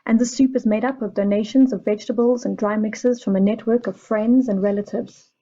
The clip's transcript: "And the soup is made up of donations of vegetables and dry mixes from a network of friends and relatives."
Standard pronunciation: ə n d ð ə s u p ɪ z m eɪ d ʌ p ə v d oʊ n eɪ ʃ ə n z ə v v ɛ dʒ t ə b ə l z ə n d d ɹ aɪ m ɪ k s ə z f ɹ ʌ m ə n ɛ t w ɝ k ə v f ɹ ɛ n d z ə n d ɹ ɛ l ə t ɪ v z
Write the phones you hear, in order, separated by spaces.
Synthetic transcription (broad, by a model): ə n ð ə s u p ɪ z m eɪ d ʌ p ə v d oʊ n eɪ ʃ ə n z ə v v ɛ dʒ t ə b ə l z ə n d d ɹ aɪ m ɪ k s ə z f ɹ ʌ m ə n ɛ t w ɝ k ə v f ɹ ɛ n d z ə n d ɹ ɛ l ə t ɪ v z